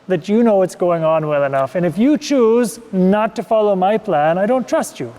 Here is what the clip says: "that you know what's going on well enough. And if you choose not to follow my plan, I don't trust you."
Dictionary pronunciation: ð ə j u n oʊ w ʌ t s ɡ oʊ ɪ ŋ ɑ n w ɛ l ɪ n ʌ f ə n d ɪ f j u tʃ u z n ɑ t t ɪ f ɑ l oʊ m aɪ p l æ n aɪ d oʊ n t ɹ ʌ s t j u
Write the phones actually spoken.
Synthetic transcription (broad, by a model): ð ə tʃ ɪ n oʊ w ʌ t s ɡ oʊ ɪ ŋ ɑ n w ɛ l ɪ n ʌ f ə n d ɪ f j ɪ tʃ u z n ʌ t t ɪ f ɑ l oʊ m aɪ p l æ n aɪ d oʊ n t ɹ ʌ s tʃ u